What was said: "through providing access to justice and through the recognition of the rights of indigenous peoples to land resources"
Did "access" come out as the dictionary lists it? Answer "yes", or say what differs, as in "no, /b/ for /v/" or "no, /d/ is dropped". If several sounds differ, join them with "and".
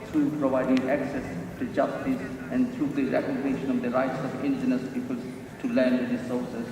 yes